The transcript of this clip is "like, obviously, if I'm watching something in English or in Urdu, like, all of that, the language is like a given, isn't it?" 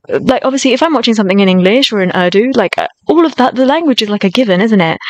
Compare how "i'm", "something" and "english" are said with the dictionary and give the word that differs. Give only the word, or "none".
none